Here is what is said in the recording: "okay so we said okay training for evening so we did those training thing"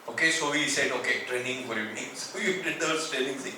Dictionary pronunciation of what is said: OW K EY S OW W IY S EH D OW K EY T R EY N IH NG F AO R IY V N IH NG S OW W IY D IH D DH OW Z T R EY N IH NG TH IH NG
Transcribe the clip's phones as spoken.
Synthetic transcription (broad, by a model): OW K EY S OW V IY S EH D OW K EY T R EY N IH NG F AO R IY V N IH NG S OW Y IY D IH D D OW S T EY L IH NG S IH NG